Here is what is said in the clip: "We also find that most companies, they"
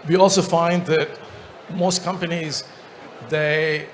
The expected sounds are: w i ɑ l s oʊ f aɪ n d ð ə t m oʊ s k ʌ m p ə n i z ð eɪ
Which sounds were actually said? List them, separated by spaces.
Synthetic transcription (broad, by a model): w i ɑ l s oʊ f aɪ n d ð ə t m oʊ s k ʌ m p ə n i z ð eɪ